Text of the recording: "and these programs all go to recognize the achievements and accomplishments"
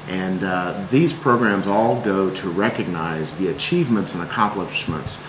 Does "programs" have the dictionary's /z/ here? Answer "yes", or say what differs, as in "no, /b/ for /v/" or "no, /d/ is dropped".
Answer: yes